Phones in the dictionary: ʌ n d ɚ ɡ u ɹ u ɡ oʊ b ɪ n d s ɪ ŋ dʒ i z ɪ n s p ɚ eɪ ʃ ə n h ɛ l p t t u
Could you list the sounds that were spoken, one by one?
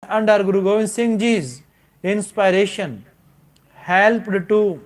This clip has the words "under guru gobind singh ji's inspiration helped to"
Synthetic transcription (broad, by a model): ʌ n d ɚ ɡ u ɹ u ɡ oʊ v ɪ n s ɪ ŋ dʒ i z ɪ n s p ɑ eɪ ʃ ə n h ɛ l p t t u